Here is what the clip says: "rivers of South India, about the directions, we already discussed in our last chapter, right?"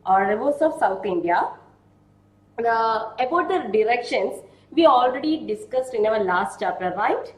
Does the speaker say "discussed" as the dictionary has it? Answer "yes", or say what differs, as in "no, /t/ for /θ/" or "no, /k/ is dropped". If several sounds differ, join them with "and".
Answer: yes